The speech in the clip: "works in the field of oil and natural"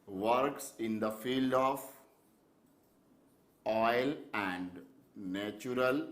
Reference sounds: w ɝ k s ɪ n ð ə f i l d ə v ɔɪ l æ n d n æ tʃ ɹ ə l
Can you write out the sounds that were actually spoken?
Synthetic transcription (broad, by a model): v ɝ k s ɪ n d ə f i l d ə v ɔɪ l æ n d n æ tʃ ɹ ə l